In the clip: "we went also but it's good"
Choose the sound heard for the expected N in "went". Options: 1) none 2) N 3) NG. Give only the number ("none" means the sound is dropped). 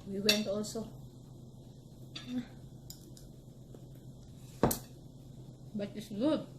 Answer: 2